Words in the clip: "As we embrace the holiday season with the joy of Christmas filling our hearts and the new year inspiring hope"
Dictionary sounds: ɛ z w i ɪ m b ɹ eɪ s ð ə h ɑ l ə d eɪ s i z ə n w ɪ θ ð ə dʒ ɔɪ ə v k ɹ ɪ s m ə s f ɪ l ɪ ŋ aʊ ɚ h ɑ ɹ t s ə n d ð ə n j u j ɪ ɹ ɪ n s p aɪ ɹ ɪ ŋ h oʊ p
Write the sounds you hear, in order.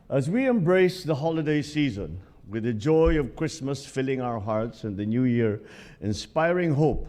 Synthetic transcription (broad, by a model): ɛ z w i ɪ m b ɹ eɪ s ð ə h ɑ l ə d eɪ s i z ə n w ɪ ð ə dʒ ɔɪ ə v k ɹ ɪ s m ə s f ɪ l ɪ ŋ aʊ ɚ h ɑ ɹ t s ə n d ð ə n j u j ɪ ɹ ɪ n s p aɪ ɹ ɪ ŋ h oʊ p